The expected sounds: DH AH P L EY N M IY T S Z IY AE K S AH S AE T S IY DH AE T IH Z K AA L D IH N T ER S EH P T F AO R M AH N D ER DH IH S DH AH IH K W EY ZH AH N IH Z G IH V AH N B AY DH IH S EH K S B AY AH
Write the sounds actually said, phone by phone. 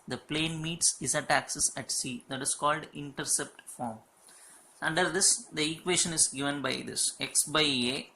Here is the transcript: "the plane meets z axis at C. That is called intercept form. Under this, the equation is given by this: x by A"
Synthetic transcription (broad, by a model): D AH P L EY N M IY T S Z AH AE K S AH S AE T S IY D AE T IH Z K AA L D IH N T ER S EH P T F AO R M AH N D ER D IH S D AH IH K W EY SH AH N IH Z G IH V AH N B AY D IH S EH K S B AY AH